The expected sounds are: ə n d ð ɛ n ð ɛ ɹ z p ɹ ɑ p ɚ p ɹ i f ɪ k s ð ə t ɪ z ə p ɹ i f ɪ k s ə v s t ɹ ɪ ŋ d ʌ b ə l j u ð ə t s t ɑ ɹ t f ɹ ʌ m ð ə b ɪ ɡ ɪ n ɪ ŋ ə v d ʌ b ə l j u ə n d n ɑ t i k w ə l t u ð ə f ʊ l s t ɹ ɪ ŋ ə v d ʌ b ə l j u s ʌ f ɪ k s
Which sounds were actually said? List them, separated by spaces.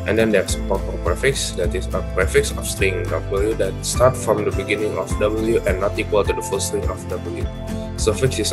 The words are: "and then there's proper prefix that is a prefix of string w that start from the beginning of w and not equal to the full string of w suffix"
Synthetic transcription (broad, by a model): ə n d ɛ n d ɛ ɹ s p ɑ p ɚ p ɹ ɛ f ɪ k s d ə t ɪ s ə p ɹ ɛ f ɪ k s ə f s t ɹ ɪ ŋ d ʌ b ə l j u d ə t s t ɑ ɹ t f ɹ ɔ m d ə b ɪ ɡ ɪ n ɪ ŋ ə f d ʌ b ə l j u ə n n ɑ t i k w ə l t u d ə f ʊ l s t ɹ ɪ ŋ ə f d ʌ b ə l j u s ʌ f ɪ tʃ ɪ